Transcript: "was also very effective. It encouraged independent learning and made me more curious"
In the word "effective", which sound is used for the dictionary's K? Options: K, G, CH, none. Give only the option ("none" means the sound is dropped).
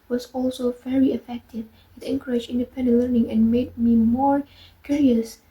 K